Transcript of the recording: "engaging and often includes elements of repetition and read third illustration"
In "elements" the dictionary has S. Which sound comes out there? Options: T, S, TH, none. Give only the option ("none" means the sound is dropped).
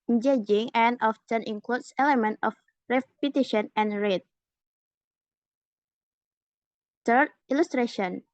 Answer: none